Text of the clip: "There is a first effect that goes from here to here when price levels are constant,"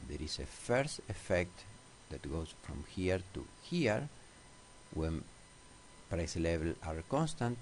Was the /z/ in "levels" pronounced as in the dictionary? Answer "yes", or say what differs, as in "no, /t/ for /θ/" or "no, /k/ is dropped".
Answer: no, /z/ is dropped